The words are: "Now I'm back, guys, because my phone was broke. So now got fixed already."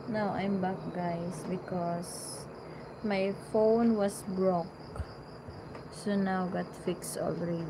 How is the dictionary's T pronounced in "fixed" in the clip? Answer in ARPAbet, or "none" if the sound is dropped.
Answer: T